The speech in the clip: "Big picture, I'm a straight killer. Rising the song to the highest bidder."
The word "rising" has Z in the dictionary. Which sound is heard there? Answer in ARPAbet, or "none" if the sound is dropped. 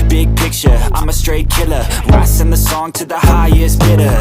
S